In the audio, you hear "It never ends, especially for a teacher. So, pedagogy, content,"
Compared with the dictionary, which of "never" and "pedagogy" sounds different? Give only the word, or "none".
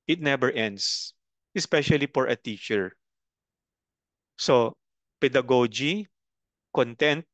never